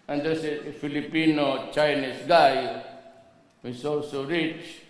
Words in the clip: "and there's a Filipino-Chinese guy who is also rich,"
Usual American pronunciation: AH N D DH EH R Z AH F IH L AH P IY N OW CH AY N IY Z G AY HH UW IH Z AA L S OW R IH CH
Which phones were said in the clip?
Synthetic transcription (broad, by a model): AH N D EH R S AH F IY L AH P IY N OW CH AY N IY S G AY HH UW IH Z AA L S OW R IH CH